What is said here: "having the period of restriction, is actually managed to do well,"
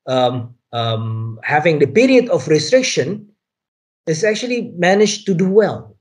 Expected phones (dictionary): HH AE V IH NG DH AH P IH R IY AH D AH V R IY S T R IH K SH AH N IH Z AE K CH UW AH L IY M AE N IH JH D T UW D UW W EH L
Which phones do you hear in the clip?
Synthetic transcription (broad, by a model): HH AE V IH NG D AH P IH R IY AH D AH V R IY S T R IH K SH AH N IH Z AE K CH UW AH L IY M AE N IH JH T UW D UW W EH L